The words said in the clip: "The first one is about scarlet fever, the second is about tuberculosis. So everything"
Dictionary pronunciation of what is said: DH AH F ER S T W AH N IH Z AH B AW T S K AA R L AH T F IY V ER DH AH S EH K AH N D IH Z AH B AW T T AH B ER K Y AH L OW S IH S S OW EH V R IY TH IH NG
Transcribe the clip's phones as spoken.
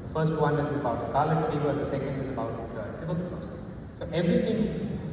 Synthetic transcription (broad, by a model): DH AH F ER S T W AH N IH Z AH B AW T S K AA L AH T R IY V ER DH AH S EH K AH N D IH Z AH B AW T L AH ER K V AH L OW S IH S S OW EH V R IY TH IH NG